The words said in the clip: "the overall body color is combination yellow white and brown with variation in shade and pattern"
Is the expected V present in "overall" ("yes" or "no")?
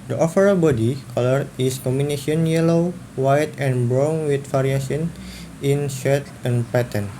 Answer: no